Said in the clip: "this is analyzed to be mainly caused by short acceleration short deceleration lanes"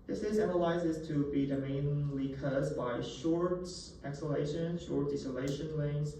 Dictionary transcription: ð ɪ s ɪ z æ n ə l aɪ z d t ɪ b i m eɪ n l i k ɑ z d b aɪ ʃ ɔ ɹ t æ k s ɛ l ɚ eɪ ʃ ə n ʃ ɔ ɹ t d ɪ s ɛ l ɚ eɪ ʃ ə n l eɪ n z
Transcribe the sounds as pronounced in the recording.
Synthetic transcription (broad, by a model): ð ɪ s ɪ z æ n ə l aɪ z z t ɪ b i m eɪ n l i k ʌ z b aɪ ʃ ɔ ɹ t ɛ k s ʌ l eɪ ʃ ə n ʃ ɔ ɹ t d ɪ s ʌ l eɪ ʃ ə n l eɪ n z